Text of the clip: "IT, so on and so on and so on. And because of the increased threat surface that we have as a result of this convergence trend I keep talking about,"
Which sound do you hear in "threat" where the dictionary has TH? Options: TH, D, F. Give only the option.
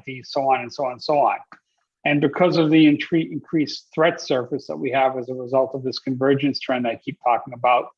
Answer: TH